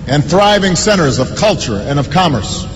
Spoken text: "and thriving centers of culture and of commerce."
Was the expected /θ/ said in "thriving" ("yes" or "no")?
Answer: yes